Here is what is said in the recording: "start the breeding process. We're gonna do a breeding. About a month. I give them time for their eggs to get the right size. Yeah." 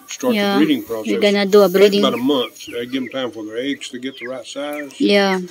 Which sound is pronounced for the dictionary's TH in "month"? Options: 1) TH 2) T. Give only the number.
1